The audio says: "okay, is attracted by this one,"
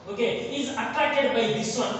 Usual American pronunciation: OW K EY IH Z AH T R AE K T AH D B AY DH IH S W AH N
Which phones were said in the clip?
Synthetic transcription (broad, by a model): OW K EY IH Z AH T AA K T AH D B AY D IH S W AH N